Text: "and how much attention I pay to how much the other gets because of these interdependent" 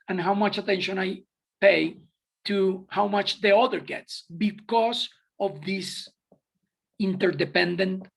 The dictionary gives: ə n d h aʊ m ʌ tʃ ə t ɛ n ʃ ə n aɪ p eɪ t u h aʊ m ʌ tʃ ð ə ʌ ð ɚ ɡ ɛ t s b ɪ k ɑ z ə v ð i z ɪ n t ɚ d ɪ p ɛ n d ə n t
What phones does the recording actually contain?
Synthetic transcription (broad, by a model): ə n h aʊ m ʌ tʃ ə t ɛ n ʃ ə n aɪ p eɪ t u h aʊ m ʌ tʃ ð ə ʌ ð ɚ ɡ ɛ t s b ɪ k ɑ s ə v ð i s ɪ n t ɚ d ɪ p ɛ n d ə n t